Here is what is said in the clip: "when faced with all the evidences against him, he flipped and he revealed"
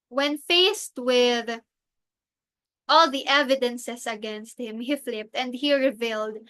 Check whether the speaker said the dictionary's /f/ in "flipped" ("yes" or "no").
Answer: yes